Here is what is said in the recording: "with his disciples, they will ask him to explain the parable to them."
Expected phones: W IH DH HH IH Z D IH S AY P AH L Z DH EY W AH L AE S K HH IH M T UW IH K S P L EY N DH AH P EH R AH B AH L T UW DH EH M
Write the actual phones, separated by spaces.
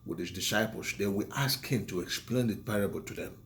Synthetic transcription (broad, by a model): W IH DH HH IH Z D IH S AY P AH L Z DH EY W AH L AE S K HH IH M T UW IH K S P L EY N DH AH P EH R AH B AH L T UW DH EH M